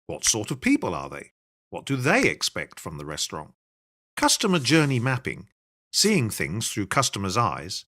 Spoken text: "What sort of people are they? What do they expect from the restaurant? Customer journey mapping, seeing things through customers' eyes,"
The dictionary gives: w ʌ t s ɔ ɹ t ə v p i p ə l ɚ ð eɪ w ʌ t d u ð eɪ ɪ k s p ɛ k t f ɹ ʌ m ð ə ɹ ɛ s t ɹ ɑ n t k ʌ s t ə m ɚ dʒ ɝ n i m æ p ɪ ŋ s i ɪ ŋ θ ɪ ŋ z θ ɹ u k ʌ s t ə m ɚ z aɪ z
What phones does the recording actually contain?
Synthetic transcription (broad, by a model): w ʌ t s ɔ ɹ t ə v p i p ə l ɚ ð eɪ w ʌ t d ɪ ð eɪ ɪ k s p ɛ k t f ɹ ʌ m ð ə ɹ ɛ s t ɹ ɑ n t k ʌ s t ə m ɚ dʒ ɝ n i m æ p ɪ ŋ s i ɪ ŋ θ ɪ ŋ z θ ɹ u k ʌ s t ə m ɚ z aɪ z